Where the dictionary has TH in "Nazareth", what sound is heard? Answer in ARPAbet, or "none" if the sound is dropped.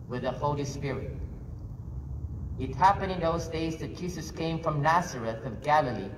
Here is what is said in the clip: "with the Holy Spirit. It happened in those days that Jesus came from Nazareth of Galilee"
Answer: TH